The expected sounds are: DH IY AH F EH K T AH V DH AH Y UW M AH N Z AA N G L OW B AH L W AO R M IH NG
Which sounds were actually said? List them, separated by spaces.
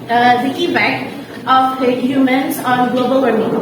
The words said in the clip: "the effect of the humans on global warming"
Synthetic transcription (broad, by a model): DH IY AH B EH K AH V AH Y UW M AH N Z AA N G L OW B AH L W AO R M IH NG